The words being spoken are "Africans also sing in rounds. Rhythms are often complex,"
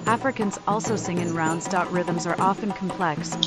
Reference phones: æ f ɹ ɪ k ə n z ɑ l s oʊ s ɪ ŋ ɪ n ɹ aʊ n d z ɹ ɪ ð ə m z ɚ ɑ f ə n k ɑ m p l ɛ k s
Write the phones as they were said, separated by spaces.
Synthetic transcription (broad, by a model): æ f ɹ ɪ k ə n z ɑ l s oʊ s ɪ ŋ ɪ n ɹ aʊ n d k ɹ ɪ ð ə m z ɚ ɑ f ə n k m p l ɛ k s